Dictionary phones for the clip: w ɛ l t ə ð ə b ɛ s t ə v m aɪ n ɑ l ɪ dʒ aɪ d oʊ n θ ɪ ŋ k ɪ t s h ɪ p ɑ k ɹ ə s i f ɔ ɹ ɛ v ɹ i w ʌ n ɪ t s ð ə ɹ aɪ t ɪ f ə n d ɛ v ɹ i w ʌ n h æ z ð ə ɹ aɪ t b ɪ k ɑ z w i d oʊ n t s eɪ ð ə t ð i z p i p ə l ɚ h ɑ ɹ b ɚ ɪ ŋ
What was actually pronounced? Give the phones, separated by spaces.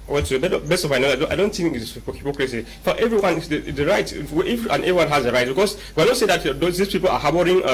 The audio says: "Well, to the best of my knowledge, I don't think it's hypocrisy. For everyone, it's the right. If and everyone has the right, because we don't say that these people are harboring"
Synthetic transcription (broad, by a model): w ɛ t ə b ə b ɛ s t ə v m aɪ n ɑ ɪ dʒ aɪ d oʊ n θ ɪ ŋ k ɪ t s h ɪ p ɑ k ɹ ə s i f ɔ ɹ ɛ v ɹ i w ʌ n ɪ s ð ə ɹ aɪ t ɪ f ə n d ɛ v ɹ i w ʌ n h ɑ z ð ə ɹ aɪ t b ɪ k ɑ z w i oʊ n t s eɪ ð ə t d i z p i p ə l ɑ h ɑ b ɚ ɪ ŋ